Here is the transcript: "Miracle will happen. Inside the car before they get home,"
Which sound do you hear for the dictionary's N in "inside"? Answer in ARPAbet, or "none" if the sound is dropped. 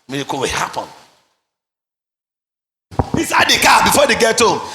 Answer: none